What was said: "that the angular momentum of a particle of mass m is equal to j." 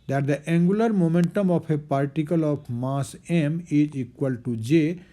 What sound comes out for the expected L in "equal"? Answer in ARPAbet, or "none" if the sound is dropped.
L